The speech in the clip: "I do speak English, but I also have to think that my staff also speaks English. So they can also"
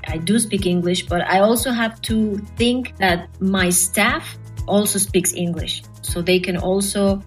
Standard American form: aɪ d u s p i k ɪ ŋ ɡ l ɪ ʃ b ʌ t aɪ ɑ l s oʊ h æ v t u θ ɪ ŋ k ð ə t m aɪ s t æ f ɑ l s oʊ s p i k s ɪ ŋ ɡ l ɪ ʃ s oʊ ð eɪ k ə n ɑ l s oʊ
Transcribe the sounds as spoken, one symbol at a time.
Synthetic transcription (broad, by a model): aɪ d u s p i k ɪ ŋ ɡ l ɪ ʃ b ʌ t aɪ ɑ l s oʊ h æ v t u θ ɪ ŋ k ð ə t m aɪ s t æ f ɑ l s oʊ s p i k s ɪ ŋ ɡ l ɪ ʃ s oʊ ð eɪ k ə n ɑ l s oʊ